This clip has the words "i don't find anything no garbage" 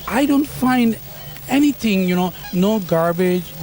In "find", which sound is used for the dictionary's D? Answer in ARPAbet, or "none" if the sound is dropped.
D